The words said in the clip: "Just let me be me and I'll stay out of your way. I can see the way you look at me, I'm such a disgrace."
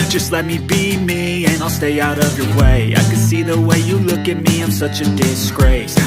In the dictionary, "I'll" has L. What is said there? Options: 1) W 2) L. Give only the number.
2